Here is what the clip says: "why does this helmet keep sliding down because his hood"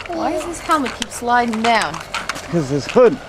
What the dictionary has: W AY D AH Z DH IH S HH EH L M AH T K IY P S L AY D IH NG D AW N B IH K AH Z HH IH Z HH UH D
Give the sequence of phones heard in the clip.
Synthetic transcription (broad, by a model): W AY D AH Z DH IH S HH EH L M AH T K IY P S L AY D IH NG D AW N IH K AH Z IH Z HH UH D